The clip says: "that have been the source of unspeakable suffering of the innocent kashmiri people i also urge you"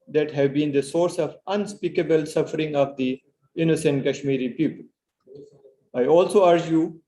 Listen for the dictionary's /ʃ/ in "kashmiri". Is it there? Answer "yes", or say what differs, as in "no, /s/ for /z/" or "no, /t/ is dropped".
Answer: yes